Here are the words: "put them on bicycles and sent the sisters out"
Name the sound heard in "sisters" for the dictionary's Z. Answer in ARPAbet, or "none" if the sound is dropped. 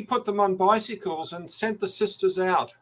Z